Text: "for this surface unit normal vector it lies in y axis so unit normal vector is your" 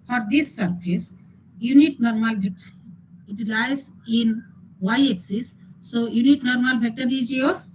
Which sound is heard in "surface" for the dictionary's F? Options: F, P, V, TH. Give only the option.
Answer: P